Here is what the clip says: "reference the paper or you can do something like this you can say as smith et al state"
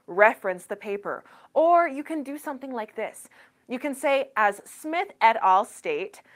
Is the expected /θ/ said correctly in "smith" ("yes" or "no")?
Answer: yes